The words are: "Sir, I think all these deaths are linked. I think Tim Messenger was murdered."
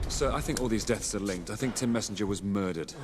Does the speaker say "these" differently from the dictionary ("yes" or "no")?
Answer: no